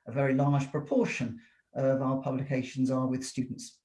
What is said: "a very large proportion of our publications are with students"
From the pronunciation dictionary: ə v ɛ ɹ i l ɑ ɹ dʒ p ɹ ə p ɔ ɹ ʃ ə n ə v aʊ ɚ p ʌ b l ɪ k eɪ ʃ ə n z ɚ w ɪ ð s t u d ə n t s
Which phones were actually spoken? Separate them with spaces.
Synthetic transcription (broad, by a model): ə v ɛ ɹ i l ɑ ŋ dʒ p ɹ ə p ɔ ʃ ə n ə v aʊ ɚ p ʌ b l ɪ k eɪ ʃ ə n z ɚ w ɪ ð s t u d n t s